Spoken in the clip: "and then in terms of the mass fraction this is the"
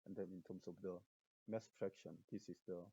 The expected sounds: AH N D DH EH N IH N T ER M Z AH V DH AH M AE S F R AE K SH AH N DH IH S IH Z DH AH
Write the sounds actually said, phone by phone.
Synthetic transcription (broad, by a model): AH N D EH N IH N T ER M S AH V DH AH M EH S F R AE K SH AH N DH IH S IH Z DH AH